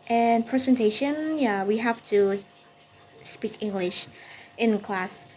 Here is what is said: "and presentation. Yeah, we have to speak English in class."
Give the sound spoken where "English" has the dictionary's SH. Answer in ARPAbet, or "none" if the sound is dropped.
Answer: SH